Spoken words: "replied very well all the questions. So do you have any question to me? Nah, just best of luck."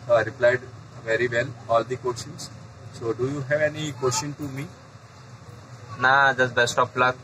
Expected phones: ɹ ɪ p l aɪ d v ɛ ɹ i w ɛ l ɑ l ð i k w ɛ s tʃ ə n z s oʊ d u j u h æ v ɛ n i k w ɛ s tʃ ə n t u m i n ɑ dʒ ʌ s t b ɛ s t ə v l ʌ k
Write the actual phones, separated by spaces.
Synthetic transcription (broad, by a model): ɹ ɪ p l aɪ d v ɛ ɹ i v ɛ l ɑ l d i k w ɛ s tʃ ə n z s oʊ d u j u h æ v ɛ n i k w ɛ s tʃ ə n t u m i n ɑ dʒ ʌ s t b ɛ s t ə p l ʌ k